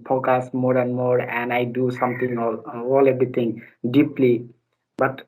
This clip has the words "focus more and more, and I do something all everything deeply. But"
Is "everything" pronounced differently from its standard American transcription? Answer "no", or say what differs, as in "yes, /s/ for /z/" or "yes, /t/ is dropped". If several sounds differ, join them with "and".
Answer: yes, /t/ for /θ/